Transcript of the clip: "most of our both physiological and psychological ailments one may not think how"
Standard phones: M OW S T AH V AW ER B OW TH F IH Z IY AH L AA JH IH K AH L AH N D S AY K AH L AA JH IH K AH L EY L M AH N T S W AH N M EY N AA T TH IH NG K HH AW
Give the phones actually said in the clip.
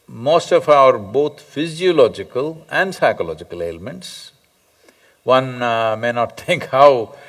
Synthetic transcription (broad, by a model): M OW S T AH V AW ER B OW T F IH Z IY AH L AA JH IH K AH L AH N D S AY K AH L AA JH IH K AH L EY L M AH N T S W AH N M EY N AA T T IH NG K HH AW